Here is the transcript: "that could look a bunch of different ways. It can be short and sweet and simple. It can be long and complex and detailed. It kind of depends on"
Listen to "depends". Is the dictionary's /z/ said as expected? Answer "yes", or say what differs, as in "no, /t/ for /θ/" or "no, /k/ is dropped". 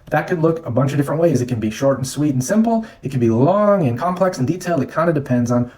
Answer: yes